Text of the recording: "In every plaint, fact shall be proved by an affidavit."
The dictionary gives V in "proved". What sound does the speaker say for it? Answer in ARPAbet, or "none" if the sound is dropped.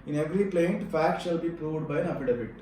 V